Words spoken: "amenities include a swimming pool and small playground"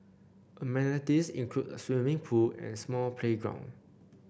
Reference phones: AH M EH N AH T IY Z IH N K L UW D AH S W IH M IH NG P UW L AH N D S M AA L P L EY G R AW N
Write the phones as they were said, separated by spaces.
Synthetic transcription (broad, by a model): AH M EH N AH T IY S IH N K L UW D AH S W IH M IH NG P UW L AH N S M AA L P L EY G R AW N